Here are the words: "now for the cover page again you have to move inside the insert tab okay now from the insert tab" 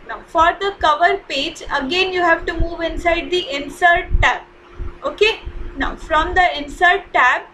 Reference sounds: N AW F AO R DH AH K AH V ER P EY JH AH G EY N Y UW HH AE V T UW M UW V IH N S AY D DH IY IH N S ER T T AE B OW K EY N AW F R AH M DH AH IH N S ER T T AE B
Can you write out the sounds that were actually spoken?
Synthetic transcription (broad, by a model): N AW F AO R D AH K AH V ER P EY JH AH G EY N Y UW HH AE V T UW M UW V IH N S AY D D IY IH N S ER T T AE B OW K EY N AW F R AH M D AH IH N S ER T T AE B